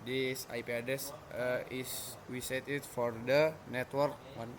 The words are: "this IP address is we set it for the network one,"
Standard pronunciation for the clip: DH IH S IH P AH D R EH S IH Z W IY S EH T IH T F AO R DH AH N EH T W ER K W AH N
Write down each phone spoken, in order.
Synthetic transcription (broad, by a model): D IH S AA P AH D EH S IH S W IY S EH T IH T F AO R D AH N EH T W ER K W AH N